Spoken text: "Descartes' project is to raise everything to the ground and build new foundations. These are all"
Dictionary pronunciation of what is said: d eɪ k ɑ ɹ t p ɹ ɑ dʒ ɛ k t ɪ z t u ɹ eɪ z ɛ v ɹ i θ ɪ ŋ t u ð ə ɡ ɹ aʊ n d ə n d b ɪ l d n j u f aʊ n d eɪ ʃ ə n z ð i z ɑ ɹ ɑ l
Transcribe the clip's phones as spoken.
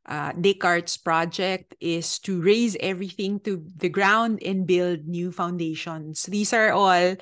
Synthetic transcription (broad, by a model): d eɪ k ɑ ɹ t p ɹ ɑ dʒ ɛ k t ɪ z t u ɹ eɪ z ɛ v ɹ i θ ɪ ŋ t u ð ə ɡ ɹ aʊ n d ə n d b ɪ l d n j u f aʊ n d eɪ ʃ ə n s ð i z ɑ ɹ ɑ l